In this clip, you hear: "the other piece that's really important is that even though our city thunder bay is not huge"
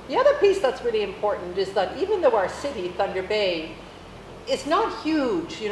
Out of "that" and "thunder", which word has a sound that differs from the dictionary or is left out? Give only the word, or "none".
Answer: none